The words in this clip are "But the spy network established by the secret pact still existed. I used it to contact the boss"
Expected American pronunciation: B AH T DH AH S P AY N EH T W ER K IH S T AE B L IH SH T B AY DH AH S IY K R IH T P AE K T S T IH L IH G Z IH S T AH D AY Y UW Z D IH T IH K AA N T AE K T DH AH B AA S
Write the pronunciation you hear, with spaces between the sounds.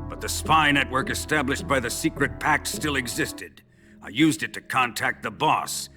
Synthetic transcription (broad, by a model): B AH T DH AH S P AY N EH T W ER K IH S T AE B L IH SH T B AY DH AH S IY K R IH T P AE K T S T IH L IH G Z IH S T AH D AY Y UW Z D IH T IH K AA N T AE K T DH AH B AA S